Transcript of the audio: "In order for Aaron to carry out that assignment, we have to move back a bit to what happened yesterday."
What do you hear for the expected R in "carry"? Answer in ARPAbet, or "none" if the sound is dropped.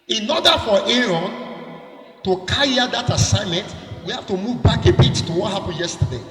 none